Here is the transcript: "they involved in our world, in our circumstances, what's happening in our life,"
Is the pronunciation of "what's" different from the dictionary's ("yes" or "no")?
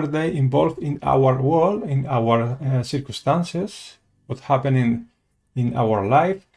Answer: yes